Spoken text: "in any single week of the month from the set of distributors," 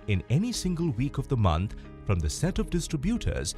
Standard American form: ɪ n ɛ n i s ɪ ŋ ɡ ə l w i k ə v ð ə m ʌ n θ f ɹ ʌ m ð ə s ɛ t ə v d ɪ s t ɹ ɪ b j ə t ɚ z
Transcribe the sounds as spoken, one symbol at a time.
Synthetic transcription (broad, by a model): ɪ n ɛ n i s ɪ ŋ ɡ ə l w i k ə v ð ə m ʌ n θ f ɹ ʌ m ð ə s ɛ t ə v d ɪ s t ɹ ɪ b j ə t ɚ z